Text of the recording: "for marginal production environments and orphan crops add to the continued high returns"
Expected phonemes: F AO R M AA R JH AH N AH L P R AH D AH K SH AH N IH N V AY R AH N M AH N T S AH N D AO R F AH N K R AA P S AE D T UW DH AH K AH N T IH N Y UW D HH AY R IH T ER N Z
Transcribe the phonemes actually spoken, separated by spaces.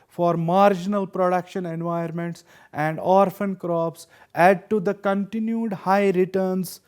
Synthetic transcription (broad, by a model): F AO R M AA R JH AH N AH L P R AH D AH K SH AH N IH N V AY AH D M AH N T S AH N D AO R F AH N K R AA P S AE D T UW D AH K AH N T IH N Y UW D HH AY R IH T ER N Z